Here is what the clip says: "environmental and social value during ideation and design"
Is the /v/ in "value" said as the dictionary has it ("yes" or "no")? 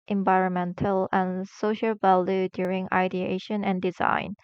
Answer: yes